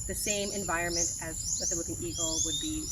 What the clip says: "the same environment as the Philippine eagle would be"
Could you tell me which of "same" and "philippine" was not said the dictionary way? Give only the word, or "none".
philippine